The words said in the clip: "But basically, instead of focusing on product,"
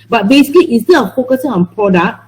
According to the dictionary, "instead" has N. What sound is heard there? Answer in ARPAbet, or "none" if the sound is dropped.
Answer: none